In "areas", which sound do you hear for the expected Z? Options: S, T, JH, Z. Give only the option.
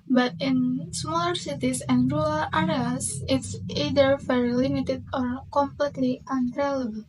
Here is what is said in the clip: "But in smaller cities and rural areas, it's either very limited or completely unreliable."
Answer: S